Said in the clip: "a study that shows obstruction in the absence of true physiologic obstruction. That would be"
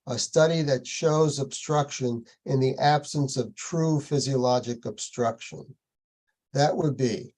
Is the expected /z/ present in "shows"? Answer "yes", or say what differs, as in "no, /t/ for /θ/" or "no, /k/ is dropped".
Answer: yes